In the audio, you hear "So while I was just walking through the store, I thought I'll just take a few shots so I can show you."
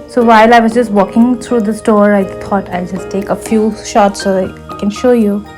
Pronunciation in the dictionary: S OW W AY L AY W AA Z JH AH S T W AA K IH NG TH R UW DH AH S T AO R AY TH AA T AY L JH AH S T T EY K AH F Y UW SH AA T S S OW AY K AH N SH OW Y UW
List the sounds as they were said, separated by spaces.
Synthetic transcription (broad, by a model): S OW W AY L AY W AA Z JH AH S T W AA K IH NG T R UW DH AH S T AO R AY T AA T AY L JH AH S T T EY K AH F Y UW SH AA T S S OW AY K AH N SH OW Y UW